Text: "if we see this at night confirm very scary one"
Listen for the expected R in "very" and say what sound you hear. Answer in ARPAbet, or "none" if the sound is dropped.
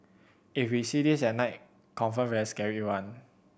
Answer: none